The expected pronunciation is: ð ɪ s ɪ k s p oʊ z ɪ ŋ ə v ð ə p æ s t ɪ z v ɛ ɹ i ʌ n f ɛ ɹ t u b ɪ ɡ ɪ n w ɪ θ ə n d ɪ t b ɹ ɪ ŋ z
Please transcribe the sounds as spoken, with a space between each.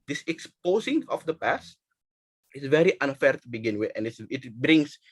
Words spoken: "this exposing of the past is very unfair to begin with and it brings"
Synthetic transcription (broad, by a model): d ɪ s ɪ k s p oʊ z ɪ ŋ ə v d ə p æ s t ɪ s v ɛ ɹ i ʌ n f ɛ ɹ t u b ɪ ɡ ɪ n w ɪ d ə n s ɪ t b ɹ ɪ ŋ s